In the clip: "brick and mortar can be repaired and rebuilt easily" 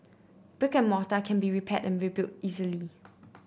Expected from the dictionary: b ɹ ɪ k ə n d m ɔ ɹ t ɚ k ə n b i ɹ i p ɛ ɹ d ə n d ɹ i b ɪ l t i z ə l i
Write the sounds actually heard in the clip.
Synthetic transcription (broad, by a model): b ɪ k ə n m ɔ t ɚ k ə n b i ɹ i p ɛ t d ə n ɹ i b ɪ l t i z ə l i